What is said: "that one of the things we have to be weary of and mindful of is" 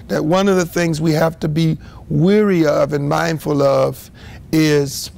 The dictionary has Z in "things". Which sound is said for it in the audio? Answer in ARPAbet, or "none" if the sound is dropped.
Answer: Z